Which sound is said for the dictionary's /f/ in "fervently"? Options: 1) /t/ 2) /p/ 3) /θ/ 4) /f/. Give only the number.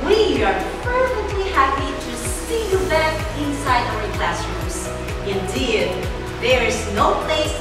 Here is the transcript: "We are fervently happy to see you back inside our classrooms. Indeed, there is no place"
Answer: 2